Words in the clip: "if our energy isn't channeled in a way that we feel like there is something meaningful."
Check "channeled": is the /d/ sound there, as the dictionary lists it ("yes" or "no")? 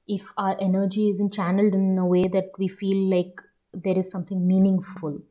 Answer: yes